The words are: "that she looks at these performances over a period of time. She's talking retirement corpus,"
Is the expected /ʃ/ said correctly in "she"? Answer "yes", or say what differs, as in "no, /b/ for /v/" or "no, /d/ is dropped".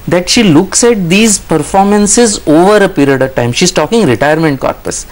yes